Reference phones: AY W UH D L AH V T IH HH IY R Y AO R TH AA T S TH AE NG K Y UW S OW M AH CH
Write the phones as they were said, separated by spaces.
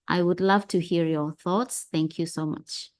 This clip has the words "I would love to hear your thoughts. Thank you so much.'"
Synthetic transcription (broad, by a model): AY W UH D L AH V T IH HH IY R Y AO R TH AA T S TH AE NG K Y UW S OW M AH CH